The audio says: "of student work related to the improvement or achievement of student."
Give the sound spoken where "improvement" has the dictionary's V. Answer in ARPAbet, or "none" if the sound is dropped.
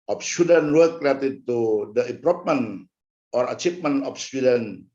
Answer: P